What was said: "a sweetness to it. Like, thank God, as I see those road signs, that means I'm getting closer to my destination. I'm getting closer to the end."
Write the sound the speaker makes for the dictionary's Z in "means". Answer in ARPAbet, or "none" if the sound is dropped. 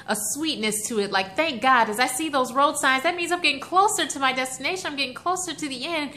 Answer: Z